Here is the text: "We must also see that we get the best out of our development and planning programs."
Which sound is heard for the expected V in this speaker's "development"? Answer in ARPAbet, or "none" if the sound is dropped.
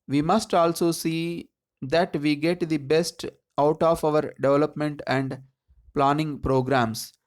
V